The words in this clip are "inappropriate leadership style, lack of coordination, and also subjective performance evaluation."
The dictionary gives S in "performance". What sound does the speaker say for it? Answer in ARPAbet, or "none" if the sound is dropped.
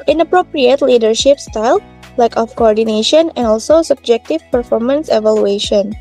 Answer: S